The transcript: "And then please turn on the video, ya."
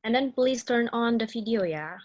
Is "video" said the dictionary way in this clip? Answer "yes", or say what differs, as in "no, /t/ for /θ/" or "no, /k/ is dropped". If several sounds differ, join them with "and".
no, /f/ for /v/